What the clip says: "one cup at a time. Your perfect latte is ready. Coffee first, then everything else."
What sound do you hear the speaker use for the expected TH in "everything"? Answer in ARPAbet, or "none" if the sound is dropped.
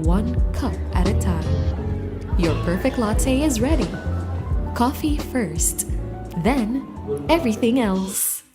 TH